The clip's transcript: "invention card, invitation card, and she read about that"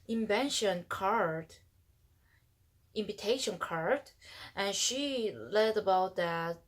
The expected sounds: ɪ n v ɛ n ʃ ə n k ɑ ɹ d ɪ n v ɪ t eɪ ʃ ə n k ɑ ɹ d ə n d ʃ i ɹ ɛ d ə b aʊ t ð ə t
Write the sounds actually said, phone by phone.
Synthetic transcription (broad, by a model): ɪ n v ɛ n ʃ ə n k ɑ ɹ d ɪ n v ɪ t eɪ ʃ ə n k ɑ ɹ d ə n ʃ i l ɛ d ə b aʊ t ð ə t